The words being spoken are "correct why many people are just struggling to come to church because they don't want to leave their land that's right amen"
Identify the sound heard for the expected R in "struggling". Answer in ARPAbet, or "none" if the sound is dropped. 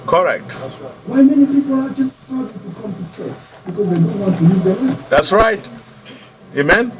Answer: none